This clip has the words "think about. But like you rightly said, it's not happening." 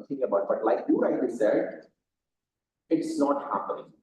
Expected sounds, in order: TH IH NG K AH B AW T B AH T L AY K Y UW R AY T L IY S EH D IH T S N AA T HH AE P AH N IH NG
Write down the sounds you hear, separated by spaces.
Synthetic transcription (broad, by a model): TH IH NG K AH B AW T B AH T L AY K Y UW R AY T IY S EH D IH T S N AA T HH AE P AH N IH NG